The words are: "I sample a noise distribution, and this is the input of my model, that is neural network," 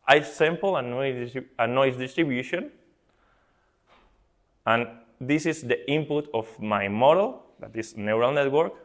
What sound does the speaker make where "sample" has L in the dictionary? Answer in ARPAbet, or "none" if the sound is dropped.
N